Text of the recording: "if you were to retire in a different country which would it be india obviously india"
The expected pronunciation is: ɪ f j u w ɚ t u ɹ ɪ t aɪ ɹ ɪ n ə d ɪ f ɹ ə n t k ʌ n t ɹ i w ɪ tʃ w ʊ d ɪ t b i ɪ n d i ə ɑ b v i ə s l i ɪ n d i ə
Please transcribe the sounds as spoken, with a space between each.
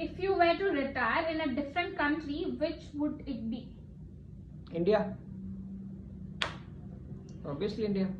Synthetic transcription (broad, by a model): ɪ f j u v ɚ t u ɹ ɪ t aɪ ɹ ɪ n ə d ɪ f ɹ ə n t k ʌ n t ɹ i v ɪ tʃ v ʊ d ɪ t b i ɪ n d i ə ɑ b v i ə s l i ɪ n d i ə